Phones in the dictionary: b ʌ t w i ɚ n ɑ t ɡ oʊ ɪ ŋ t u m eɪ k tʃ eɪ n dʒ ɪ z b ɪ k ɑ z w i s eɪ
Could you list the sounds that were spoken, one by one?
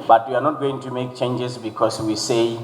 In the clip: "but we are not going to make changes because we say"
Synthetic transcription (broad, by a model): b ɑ t w i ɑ n ɑ t ɡ oʊ ɪ ŋ t u m eɪ k tʃ eɪ n dʒ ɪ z b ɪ k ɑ s w i s eɪ